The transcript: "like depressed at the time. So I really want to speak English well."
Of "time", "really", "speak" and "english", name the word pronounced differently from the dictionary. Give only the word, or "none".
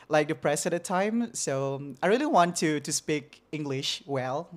none